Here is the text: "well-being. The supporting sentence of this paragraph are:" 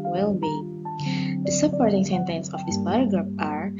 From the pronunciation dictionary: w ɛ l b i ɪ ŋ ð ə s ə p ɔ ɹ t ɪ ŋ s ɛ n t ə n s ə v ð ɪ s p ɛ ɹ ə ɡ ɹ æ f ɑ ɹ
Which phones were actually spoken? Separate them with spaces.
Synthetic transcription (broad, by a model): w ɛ l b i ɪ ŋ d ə s ə p ɔ ɹ t ɪ ŋ s ɛ n t ə n s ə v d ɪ s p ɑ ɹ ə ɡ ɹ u p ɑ ɹ